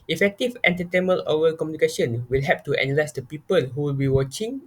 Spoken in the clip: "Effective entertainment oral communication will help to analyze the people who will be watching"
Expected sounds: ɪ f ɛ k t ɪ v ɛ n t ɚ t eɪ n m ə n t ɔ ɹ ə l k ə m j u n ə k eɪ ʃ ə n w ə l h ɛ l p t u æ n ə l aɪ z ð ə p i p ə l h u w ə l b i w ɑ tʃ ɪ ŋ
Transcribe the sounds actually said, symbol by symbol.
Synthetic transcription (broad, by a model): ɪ f ɛ k t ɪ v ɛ n t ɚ t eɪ m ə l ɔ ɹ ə k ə m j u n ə k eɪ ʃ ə n w ə l h ɛ p t u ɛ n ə l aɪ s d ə p i p ə l h u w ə l b i w ɑ tʃ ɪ ŋ